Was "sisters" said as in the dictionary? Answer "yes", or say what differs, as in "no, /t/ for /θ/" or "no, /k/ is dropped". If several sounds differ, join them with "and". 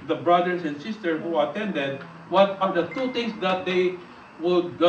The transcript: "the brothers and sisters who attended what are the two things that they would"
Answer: no, /z/ is dropped